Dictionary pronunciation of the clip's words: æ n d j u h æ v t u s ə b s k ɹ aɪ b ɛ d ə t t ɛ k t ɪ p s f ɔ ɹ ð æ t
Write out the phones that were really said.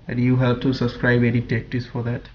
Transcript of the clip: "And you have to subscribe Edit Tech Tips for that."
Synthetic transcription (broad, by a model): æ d j u h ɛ p t u s ə b s k ɹ aɪ b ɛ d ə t t ɛ k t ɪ s f ɔ ɹ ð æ t